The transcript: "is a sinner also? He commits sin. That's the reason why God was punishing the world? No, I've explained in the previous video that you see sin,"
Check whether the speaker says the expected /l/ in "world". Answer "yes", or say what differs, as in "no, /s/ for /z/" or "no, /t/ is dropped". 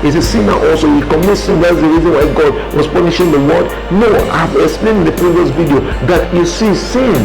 no, /l/ is dropped